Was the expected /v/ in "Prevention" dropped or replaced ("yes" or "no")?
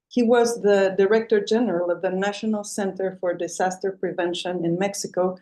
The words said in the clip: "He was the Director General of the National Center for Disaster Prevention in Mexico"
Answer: no